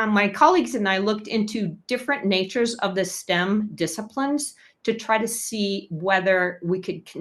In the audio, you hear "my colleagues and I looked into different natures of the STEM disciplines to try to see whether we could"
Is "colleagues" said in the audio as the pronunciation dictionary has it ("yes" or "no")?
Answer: yes